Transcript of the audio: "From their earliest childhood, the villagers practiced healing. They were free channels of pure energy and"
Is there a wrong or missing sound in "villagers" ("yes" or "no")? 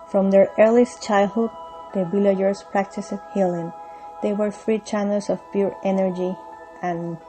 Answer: yes